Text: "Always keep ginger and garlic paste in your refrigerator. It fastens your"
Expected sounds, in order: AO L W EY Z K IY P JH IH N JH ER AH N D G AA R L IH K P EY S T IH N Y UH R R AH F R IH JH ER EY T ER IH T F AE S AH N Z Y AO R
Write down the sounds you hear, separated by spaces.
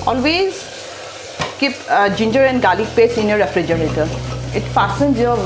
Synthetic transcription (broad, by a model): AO L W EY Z K IY P JH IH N JH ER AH N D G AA L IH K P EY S IH N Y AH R R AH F R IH JH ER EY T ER IH T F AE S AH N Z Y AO